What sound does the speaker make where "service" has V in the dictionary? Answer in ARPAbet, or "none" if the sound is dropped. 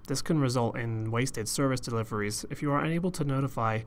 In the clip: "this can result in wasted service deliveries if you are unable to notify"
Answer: V